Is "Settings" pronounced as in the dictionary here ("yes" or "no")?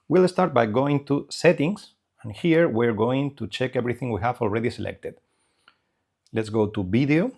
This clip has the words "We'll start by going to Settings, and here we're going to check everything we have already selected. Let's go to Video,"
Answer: no